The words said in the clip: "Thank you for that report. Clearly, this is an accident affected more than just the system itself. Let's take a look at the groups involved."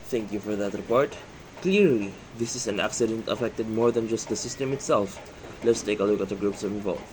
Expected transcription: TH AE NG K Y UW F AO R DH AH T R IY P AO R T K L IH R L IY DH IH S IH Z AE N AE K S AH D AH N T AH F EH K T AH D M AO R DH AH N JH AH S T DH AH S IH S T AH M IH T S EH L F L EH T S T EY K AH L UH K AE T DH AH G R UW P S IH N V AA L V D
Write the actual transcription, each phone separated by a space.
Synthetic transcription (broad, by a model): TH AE NG K Y UW F AO R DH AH T R IY P AO R T K L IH R L IY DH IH S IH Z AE N AE K S AH D AH N T AH F EH K T AH D M AO R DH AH N JH AH S T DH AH S IH S T AH M IH T S EH L F L EH T S T EY K AH L UH K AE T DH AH G R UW P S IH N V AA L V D